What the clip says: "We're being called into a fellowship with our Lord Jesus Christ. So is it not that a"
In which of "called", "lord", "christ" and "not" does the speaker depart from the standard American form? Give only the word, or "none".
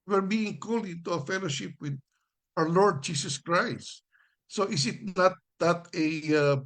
called